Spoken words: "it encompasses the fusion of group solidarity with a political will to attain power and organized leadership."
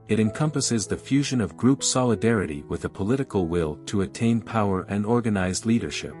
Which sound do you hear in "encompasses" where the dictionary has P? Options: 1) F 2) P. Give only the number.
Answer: 2